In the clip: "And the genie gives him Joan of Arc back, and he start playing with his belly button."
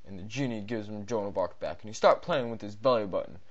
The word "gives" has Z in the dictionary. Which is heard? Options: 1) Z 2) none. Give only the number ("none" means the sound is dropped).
1